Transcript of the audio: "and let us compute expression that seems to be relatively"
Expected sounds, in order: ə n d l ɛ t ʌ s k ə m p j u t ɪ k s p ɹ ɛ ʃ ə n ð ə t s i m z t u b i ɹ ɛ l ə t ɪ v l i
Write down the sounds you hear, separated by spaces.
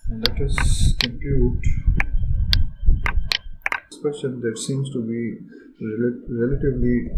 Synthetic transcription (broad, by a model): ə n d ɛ t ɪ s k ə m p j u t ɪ s p ɛ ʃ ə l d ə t s i m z t u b i ɹ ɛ l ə t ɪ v l i